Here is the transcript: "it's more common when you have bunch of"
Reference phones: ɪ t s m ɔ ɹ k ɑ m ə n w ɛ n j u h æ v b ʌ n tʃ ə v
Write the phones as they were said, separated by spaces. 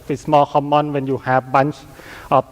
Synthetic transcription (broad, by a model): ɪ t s m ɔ l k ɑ m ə n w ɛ n j u h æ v b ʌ n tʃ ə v